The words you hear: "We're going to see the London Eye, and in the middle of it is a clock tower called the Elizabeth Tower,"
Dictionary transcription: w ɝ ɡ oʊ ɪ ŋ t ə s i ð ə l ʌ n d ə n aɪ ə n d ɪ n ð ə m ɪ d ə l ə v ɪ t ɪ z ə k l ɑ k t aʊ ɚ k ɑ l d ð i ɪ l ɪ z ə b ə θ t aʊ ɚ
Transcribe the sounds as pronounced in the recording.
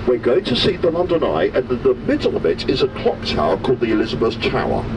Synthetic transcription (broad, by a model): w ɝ ɡ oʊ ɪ t ə s i ð ə l ʌ n d ə n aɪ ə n ɪ n ð ə m ɪ d l ə v ɪ t ɪ z ə k l ɑ k t aʊ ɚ k ɑ l d ð i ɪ l ɪ z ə b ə s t aʊ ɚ